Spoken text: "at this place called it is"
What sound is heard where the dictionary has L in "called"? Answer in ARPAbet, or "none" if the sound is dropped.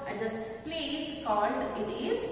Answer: L